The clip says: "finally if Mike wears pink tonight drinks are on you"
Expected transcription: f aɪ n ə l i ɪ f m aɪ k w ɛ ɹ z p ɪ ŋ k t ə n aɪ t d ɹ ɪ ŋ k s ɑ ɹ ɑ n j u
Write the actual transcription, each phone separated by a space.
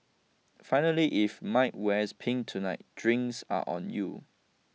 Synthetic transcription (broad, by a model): f aɪ n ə l i ɪ f m aɪ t w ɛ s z p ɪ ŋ t ə n aɪ t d ɹ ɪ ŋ s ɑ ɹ ɑ n j u